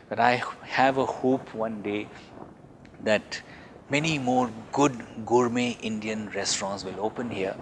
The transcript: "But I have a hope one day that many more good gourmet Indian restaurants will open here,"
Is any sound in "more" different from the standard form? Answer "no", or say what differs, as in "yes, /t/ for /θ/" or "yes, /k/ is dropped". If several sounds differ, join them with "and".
no